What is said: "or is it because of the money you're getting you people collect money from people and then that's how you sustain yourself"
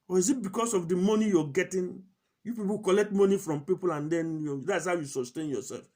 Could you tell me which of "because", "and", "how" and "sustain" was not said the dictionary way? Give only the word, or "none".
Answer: because